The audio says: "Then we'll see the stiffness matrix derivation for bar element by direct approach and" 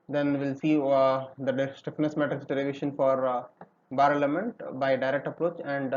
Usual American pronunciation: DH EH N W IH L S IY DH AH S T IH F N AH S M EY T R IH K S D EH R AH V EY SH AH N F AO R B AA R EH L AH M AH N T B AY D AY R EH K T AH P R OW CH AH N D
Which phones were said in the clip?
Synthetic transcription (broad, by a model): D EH N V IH L S IY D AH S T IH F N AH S M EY T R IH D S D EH L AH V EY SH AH N F AO R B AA R L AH M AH N T B AY D AY R EH K T AH P R OW CH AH N D